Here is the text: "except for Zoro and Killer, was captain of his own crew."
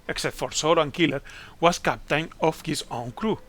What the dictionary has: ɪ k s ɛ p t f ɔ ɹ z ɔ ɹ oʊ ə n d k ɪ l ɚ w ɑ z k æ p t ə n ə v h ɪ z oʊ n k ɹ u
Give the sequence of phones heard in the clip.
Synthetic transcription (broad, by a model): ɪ k s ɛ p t f ɔ ɹ s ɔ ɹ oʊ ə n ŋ k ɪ l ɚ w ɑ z k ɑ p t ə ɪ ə f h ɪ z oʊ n k ɹ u